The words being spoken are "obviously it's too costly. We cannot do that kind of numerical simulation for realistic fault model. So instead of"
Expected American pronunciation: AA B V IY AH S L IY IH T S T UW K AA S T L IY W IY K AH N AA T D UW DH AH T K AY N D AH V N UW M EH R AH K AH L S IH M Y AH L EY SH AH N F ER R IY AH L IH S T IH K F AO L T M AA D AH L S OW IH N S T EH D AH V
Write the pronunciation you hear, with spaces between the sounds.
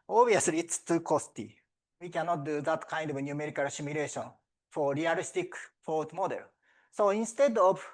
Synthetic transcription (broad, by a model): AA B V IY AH S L IY T S T UW K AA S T IY W IY K AH N AA T D UW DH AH T K AY N D AH V N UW M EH R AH K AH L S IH M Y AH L EY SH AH N F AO R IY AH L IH S T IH K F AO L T M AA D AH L S OW IH N S T EH D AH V